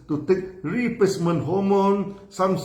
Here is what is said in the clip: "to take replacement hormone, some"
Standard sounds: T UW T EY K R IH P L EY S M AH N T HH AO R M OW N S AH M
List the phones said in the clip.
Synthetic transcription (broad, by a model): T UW T EY K R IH P EY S M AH N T HH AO M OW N S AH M